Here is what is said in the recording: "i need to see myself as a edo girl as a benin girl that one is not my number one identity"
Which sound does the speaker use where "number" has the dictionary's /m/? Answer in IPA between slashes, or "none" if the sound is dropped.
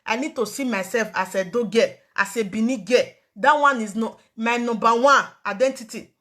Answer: none